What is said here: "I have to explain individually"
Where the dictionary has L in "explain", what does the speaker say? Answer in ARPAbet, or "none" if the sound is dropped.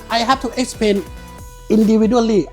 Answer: none